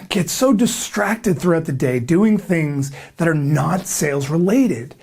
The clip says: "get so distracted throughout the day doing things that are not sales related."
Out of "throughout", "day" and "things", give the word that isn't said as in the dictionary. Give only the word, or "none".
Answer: none